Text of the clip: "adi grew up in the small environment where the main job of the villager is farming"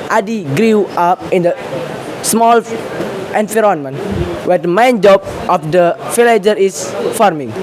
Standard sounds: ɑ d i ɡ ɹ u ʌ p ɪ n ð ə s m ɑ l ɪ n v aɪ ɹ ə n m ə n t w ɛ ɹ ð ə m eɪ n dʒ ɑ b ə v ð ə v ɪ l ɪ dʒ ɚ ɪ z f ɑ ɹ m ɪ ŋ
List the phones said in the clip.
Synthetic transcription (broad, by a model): ɑ d i ɡ ɹ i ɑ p ɪ n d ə s m ɑ l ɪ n f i ɹ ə n m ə n w ɛ ɹ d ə m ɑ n dʒ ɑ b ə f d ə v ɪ l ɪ dʒ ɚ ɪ s f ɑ ɹ m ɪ ŋ